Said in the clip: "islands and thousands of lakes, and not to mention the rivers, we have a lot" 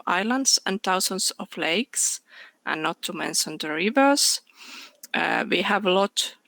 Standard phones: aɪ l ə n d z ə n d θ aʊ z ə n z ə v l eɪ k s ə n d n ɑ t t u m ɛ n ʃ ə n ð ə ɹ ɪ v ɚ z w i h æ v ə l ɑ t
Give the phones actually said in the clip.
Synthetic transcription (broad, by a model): aɪ l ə n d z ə n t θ aʊ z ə n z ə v l eɪ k s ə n n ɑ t t u m ɛ n ʃ ə n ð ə ɹ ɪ v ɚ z w i h æ v ə l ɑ t